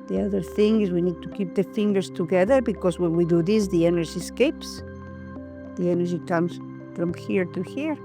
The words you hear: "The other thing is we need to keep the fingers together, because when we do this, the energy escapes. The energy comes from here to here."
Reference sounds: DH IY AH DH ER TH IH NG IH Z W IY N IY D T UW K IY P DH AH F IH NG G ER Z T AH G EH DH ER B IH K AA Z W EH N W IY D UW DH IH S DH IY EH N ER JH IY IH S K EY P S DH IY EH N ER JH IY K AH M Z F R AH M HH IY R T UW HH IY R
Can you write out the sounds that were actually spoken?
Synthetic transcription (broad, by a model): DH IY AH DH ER TH IH NG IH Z W IY N IY D T UW K IY P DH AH F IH NG G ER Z T AH G EH DH ER B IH K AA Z W EH N W IY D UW DH IH S DH IY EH N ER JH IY S K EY P S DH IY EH N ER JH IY K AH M S F R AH M HH IY R T UW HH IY R